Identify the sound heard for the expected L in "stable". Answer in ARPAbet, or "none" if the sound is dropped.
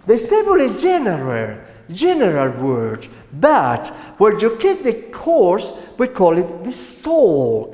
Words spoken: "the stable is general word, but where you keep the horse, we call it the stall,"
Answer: N